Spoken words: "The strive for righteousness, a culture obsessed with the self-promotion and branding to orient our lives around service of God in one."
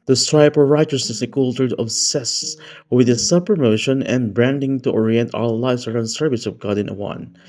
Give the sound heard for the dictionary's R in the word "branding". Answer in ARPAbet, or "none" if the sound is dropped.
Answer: R